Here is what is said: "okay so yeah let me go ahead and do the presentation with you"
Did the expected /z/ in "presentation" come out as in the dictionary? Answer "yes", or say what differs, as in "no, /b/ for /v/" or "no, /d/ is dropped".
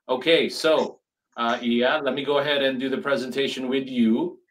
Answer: yes